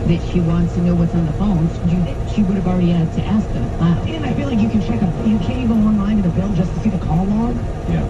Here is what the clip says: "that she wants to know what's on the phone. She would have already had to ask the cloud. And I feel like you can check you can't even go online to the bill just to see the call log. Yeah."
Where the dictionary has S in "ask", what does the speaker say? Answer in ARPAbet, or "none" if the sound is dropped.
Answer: S